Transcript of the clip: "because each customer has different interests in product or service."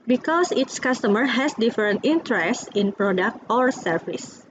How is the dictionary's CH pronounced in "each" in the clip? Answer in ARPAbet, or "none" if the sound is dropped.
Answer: S